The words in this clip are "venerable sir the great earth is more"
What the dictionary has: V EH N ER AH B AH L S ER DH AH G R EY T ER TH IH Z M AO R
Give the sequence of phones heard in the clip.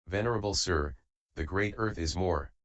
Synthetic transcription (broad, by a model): V EH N ER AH B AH L S ER DH AH G R EY T ER TH IH Z M AO R